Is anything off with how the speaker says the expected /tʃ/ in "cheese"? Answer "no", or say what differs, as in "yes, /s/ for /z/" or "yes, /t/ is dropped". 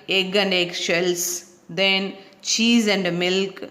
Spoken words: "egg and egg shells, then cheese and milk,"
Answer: no